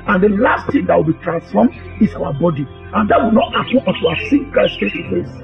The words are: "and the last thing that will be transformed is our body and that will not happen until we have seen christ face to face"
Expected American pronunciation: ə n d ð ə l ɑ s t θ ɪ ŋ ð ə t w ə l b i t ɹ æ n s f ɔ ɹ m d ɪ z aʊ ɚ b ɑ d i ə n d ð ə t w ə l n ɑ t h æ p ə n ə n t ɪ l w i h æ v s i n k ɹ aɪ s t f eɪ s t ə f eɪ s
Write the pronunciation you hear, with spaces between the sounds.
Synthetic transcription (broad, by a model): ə n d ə l ɑ s t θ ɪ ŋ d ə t w ə l b i t ɹ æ n s f ɔ m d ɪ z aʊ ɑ b ɑ d i ə n d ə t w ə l n ɑ t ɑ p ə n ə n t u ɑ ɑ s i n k aɪ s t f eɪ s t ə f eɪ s